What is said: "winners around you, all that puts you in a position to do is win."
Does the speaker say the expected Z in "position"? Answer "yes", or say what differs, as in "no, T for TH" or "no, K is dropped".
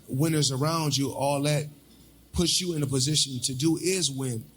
yes